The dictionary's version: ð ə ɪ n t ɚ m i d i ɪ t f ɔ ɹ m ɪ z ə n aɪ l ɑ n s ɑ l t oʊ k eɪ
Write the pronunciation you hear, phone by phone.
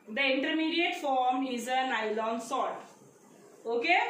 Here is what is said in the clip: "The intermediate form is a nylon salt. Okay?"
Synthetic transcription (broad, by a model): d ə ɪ n t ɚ m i d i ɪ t f ɔ ɹ m ɪ z ə n aɪ l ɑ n s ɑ t oʊ k eɪ